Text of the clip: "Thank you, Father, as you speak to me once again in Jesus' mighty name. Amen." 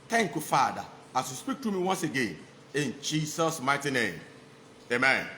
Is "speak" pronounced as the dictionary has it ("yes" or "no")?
yes